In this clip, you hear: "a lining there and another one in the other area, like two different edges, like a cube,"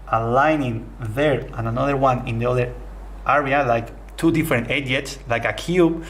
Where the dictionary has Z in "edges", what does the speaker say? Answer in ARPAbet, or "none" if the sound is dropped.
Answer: S